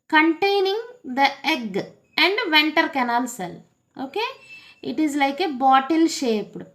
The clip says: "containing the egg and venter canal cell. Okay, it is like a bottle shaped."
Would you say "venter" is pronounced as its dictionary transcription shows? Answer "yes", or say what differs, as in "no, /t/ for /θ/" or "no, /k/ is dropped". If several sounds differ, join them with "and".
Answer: yes